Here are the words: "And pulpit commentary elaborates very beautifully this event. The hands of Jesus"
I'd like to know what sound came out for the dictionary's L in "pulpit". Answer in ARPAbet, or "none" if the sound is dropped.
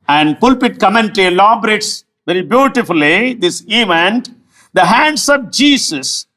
L